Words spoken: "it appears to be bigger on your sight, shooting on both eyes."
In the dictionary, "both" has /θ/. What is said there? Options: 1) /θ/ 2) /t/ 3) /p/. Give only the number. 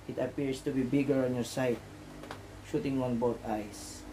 2